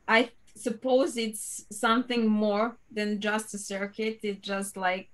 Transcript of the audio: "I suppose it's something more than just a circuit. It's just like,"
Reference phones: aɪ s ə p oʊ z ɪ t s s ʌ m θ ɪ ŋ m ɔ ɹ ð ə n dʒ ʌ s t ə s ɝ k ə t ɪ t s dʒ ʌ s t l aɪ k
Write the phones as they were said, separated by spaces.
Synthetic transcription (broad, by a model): aɪ s ə p oʊ z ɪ t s s ʌ m θ ɪ ŋ m ɔ ɹ ð ə n dʒ ʌ s t ə s ɝ k ə t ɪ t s dʒ ʌ s t l aɪ k